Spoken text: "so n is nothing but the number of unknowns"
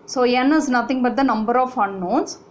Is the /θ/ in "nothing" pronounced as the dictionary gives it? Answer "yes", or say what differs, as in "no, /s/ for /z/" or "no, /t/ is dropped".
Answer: no, /t/ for /θ/